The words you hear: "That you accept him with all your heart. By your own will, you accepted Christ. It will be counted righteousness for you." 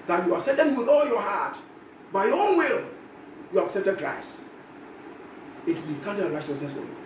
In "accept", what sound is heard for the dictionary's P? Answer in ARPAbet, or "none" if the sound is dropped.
none